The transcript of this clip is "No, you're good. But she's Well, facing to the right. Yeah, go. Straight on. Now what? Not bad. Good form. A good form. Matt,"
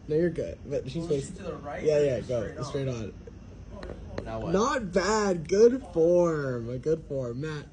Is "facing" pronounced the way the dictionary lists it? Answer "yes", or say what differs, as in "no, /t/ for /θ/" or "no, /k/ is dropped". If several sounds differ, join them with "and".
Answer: no, /s/ is dropped